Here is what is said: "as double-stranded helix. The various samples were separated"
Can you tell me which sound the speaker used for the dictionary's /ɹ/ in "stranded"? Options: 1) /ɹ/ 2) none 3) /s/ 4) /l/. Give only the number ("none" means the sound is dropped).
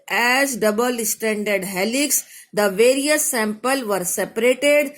2